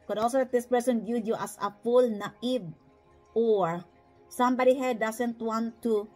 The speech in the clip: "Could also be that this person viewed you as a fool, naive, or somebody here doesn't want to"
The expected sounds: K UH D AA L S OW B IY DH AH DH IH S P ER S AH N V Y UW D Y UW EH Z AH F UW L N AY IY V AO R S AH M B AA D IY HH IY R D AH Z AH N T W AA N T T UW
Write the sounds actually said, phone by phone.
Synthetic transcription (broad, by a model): K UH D AA L S OW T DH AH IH S P ER S AH N B Y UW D Y UW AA S AH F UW L N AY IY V AO R S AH M B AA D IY HH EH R D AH S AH N T W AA N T T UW